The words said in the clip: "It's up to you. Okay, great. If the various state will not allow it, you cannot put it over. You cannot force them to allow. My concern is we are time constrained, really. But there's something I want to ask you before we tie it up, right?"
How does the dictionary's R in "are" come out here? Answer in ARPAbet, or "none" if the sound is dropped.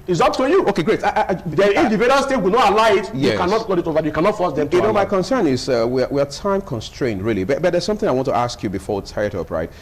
W